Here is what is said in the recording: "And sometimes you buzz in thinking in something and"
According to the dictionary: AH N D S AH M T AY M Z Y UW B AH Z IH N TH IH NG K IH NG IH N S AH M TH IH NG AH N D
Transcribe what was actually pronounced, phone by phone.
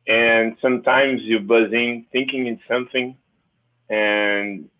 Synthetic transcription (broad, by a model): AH N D S AH M T AY M Z Y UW B AH Z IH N TH IH NG K IH NG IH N S AH M TH IH NG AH N